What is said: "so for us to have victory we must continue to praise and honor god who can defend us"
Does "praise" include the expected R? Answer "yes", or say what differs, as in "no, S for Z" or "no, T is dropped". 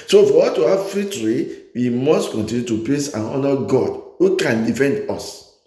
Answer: no, L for R